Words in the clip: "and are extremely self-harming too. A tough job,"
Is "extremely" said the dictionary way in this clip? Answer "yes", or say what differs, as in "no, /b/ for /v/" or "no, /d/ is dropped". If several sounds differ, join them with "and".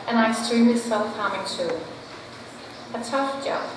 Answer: no, /k/ is dropped